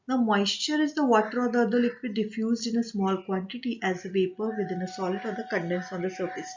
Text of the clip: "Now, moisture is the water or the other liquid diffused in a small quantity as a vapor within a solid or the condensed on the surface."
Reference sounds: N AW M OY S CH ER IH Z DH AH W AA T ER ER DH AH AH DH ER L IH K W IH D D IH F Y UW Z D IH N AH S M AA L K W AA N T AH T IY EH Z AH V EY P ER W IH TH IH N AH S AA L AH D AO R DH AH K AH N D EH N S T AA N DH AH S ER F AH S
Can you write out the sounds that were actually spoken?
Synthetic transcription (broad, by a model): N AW M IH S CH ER IH Z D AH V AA T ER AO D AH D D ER L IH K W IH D D IH F Y UW Z D IH N AH S M AA L K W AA N T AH T IY EH Z AH V EY P ER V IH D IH N AH S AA L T AO R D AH K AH N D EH N S AA N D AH S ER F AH S